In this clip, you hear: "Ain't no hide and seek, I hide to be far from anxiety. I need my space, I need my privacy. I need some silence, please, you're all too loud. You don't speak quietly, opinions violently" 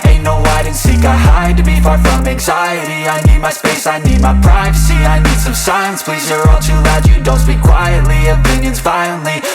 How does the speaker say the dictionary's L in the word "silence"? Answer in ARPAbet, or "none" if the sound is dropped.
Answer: none